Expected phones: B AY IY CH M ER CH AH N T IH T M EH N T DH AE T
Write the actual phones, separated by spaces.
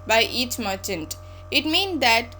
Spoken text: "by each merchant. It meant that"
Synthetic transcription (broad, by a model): B AY IY CH M ER CH AH N T IH T M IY N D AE T